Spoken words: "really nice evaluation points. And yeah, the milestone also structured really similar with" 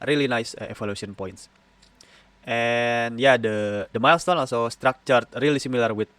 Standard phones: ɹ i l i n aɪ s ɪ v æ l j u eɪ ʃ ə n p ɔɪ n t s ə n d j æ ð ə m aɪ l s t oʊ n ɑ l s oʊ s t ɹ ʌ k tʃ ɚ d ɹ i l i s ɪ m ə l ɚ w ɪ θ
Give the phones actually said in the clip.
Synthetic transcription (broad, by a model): ɹ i l i n aɪ s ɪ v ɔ l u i ə n p ɔɪ n t s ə n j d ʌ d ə m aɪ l s t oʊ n ɑ l s oʊ s t ɹ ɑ k tʃ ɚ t ɹ i l i s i m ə l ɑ w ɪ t